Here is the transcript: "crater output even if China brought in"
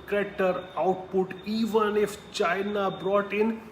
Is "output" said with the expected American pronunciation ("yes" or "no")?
yes